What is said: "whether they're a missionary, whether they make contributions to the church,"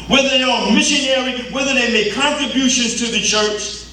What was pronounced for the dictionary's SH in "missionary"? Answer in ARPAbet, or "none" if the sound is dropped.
SH